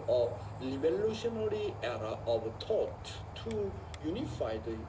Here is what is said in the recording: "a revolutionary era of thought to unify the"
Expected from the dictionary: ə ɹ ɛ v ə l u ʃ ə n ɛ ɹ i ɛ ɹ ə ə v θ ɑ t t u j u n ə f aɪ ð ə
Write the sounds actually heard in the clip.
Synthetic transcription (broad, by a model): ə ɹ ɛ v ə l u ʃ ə n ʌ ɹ i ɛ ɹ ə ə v t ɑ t t u j u n ə f aɪ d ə